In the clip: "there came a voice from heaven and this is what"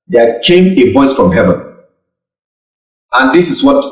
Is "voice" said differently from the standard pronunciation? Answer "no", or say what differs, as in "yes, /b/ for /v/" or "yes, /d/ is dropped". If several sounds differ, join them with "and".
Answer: no